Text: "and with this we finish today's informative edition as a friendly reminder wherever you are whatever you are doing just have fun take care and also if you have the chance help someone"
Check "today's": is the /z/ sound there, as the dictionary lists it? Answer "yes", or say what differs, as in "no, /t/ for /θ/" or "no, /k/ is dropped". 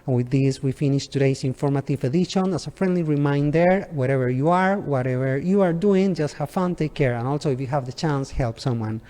no, /s/ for /z/